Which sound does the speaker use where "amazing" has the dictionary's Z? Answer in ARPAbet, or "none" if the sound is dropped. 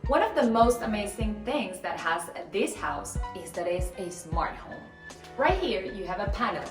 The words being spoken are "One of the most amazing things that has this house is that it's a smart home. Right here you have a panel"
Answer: Z